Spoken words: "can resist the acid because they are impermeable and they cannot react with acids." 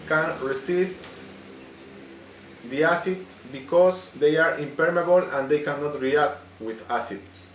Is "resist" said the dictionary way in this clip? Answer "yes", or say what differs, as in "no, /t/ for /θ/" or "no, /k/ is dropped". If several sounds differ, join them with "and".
no, /s/ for /z/